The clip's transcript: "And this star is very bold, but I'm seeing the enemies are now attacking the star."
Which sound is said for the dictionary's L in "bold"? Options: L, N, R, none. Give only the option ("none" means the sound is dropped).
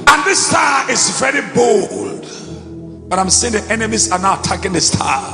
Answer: L